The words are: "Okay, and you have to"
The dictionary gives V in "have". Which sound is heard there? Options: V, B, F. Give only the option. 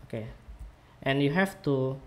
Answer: F